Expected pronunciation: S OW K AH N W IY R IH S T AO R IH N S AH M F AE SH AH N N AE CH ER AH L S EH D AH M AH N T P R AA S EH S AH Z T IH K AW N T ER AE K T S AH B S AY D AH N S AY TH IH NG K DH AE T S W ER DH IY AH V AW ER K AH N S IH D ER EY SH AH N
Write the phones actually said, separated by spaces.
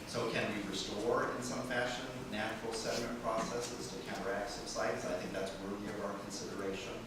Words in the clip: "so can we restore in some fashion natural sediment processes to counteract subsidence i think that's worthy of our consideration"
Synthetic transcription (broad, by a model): S OW K AH N W IY R IH S T AO R IH N S AH M F AE SH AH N N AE CH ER L S EH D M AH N P R AA S EH S AH Z T IH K AW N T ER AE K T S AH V S AY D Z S AY TH IH NG K DH AE T S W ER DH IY AH V AW ER K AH N S IH D ER EY SH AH N